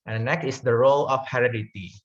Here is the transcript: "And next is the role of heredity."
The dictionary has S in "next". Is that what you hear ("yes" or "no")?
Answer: no